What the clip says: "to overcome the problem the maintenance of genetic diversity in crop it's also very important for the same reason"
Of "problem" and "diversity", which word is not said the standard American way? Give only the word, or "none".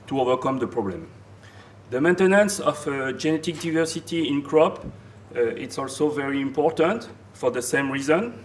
none